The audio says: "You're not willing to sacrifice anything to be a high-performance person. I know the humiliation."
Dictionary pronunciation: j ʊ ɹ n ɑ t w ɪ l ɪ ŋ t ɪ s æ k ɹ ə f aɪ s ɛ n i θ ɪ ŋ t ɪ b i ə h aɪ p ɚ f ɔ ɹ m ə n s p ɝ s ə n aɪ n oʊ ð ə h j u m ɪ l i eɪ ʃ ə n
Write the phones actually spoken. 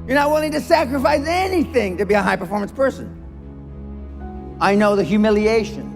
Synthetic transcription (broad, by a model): j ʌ ɹ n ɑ t w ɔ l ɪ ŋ t ɪ s æ k ɹ ə f aɪ s ɛ n i θ ɪ ŋ t ɪ b i ə h aɪ p ɚ f ɔ ɹ m ə n s p ɝ s ə n aɪ n oʊ ð ə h j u m ɪ l i eɪ ʃ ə n